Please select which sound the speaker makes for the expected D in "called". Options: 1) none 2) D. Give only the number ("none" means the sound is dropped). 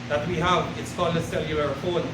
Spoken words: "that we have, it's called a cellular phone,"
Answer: 1